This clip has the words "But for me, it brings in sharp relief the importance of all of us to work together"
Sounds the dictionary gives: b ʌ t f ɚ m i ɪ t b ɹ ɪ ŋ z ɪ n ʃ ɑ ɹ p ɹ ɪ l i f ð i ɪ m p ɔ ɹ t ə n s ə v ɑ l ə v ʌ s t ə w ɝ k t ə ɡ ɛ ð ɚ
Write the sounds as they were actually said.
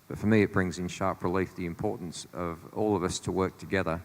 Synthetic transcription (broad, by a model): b ʌ t f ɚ m i ɪ t b ɹ ɪ ŋ z ɪ n ʃ ɑ ɹ p ɹ ɪ l i f ð i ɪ m p ɔ ɹ t n s ə v ɑ l ə v ʌ s t ə w ɝ k t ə ɡ ɛ ð ɚ